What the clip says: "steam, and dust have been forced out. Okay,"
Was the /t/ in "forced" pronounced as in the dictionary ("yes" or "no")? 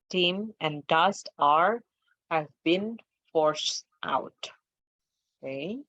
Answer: yes